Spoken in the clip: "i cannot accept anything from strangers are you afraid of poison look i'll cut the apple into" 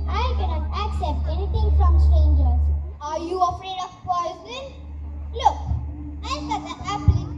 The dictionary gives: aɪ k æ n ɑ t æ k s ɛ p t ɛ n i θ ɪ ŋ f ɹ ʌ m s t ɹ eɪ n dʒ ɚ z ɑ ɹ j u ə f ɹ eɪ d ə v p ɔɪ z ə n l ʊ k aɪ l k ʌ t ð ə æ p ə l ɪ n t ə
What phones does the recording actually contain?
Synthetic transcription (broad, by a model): aɪ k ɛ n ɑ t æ k s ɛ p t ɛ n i t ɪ ŋ f ɹ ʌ m s t ɹ eɪ n dʒ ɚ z ɑ ɹ j u ə f ɹ eɪ d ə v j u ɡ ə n l ʊ k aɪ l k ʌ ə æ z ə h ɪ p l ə